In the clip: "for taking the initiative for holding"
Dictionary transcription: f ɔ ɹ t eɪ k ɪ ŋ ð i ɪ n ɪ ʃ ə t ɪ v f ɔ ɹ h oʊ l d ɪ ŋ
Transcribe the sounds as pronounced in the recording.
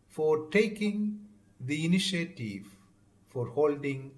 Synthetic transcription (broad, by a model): f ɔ ɹ t eɪ k ɪ ŋ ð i ɪ n ɪ ʃ ə t ɪ v f ɔ ɹ h oʊ l d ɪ ŋ